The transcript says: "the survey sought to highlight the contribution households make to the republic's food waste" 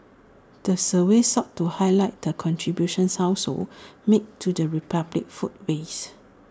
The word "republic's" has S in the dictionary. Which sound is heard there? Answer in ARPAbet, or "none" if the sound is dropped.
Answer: none